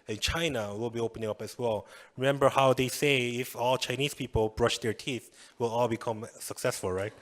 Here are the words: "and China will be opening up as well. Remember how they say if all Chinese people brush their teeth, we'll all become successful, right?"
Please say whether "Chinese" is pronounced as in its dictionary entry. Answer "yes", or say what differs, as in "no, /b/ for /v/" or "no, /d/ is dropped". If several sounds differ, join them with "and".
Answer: no, /s/ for /z/